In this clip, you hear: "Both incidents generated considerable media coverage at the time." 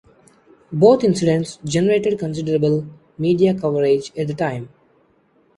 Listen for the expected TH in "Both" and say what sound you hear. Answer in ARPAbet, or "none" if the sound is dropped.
T